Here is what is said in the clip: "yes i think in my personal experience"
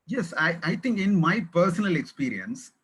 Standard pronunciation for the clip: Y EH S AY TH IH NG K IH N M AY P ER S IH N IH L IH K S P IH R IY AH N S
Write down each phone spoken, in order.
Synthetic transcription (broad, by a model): Y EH S AY T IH NG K IH N M AY P ER S IH N IH L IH K S P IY R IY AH N S